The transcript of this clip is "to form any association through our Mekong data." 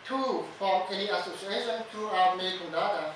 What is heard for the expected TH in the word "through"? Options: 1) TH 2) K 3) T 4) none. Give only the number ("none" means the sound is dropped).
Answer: 3